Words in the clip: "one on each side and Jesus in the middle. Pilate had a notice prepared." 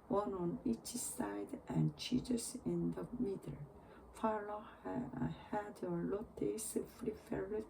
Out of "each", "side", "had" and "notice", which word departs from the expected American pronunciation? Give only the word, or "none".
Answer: notice